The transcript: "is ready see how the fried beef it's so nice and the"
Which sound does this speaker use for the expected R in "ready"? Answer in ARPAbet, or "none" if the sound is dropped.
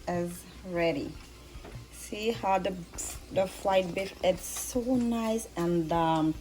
R